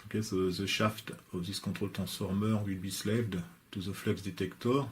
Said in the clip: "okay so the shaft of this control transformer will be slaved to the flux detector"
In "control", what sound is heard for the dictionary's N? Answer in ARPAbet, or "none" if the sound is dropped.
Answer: none